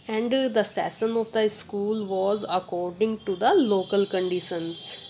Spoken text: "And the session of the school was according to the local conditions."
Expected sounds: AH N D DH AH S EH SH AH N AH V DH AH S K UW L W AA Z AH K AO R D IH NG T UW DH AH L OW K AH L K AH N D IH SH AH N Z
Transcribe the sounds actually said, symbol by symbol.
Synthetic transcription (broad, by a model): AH N D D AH S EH S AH N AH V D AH S K UW L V AA Z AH K AO R D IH NG T UW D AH L OW K AH L K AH N D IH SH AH N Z